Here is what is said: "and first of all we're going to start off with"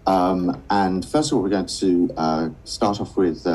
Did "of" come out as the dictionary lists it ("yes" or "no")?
yes